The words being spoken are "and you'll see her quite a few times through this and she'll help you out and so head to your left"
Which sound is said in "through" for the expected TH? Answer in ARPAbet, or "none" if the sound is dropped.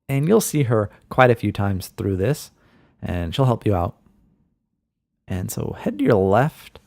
TH